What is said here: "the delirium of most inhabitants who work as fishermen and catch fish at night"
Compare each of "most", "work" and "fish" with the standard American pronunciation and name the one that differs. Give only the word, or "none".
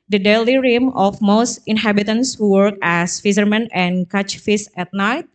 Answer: fish